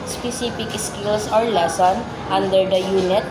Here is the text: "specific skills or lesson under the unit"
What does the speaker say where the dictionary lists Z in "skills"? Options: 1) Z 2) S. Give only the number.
2